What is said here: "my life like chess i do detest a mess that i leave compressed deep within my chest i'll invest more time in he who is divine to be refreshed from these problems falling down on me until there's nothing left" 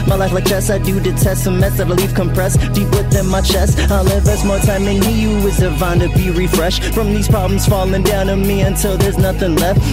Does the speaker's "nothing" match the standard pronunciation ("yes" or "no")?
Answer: yes